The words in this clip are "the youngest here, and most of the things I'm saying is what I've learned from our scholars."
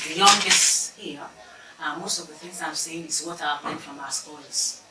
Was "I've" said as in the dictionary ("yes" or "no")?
no